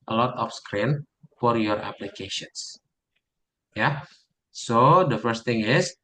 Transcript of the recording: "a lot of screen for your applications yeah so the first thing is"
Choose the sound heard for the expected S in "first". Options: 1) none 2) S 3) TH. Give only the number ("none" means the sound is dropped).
2